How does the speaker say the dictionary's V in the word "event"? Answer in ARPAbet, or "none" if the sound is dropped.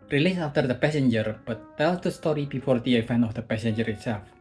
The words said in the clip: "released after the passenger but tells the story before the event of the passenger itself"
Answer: F